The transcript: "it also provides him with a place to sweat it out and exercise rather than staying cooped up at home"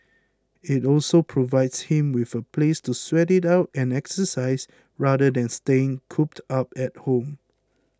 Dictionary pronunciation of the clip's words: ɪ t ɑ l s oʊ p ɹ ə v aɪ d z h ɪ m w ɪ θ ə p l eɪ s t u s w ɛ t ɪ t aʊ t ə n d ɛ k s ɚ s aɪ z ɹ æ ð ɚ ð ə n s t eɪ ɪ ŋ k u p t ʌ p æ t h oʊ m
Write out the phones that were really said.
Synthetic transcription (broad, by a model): ɪ t ɑ l s oʊ p ɹ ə v aɪ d s h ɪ m w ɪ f ə p l eɪ s t u s w ɛ t ɪ t aʊ t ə n ɛ k s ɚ s aɪ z ɹ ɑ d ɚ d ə n s t eɪ ɪ ŋ k u p t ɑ p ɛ t h oʊ m